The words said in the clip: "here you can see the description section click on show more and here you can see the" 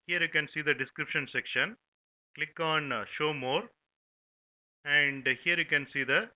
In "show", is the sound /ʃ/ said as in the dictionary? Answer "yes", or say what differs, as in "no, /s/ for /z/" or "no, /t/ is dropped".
yes